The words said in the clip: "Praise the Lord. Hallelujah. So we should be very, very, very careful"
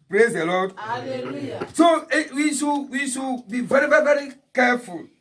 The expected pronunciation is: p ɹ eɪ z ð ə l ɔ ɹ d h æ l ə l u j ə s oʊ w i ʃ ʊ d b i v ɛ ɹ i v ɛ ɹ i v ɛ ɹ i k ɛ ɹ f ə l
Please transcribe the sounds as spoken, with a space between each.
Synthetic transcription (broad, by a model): p ɹ eɪ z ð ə l ɔ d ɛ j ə i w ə ʃ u w i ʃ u b i v ɛ ɹ i v ɛ ɹ i v ɛ ɹ i k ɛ f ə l